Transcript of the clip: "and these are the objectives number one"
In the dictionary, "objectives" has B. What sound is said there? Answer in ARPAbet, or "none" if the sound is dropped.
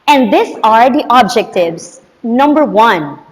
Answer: B